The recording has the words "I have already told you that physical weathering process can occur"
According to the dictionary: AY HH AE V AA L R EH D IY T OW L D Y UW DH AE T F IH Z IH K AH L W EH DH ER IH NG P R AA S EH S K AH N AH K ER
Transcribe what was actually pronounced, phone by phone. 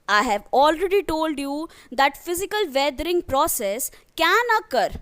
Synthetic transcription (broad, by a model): AY HH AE V AA L R EH D IY T OW L D Y UW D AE T F IH Z IH K AH L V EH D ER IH NG P R AA S EH S K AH N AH K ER